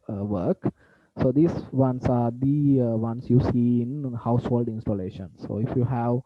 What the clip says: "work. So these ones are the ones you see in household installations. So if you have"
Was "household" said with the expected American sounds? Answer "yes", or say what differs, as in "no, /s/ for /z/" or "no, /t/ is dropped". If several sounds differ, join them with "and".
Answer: yes